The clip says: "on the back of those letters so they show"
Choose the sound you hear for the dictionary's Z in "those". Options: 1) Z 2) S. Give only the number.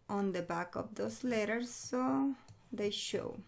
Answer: 2